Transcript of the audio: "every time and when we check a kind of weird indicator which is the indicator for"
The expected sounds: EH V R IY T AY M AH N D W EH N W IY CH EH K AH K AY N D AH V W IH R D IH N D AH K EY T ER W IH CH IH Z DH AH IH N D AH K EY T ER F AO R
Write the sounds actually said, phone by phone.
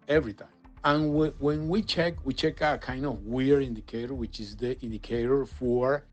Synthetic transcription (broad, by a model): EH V R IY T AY AH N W W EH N W IY CH EH K AH K AY N D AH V W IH R IH N D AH K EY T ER W IH CH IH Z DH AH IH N D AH K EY T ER F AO R